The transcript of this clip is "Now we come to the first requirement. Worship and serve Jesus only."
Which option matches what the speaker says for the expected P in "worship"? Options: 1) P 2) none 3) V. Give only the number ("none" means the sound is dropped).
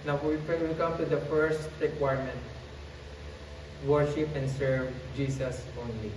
1